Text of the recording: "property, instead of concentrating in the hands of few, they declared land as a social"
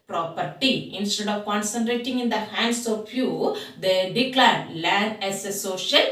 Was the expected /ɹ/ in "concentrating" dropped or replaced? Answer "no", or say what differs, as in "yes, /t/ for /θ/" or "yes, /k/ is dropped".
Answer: no